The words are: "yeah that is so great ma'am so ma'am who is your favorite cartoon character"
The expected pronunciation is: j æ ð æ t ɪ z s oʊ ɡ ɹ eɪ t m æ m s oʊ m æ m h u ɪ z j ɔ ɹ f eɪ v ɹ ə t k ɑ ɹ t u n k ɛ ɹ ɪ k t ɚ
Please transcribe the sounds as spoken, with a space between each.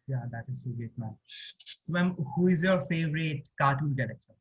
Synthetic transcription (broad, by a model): j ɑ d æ t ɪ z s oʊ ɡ eɪ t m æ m s oʊ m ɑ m h u ɪ z j ɔ ɹ f eɪ v ɹ ə t k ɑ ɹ t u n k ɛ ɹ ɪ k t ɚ